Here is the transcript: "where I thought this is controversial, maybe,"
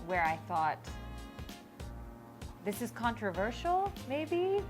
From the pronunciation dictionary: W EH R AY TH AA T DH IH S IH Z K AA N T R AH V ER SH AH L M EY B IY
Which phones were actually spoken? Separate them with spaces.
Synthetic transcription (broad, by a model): W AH R AY TH AA T DH IH S IH Z K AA N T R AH V ER SH L M EY B IY